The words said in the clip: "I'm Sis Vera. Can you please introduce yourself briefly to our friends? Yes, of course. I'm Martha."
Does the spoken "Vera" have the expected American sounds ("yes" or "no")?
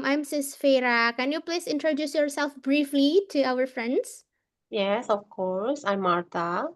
no